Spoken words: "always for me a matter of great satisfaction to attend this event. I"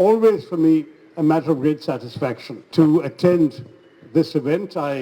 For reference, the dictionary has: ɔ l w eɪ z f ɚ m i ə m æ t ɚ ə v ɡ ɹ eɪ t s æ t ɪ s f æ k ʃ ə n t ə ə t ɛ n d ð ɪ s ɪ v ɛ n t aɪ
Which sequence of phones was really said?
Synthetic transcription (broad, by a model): ɔ l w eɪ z f ɚ m i ə m æ t ɚ ə v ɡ ɹ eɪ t s æ t ɪ s f æ k ʃ ə n t ə ə t ɛ n d ð ɪ s ɪ v ɛ n t aɪ